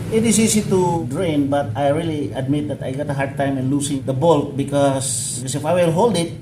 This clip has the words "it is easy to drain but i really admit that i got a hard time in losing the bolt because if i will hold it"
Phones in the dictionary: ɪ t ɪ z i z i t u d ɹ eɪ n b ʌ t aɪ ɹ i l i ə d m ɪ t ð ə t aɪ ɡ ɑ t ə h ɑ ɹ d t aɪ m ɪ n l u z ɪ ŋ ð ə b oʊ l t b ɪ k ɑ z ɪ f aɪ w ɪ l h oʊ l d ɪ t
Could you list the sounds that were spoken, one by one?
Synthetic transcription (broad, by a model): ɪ t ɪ s i s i t u d ɹ eɪ n b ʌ t aɪ ɹ i l i ə d m ɪ t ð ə t aɪ ɡ ɑ t ə h ɑ ɹ d t aɪ m ɪ n l u s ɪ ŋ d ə b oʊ l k b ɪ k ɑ s ɪ f aɪ w ɪ l h oʊ l d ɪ t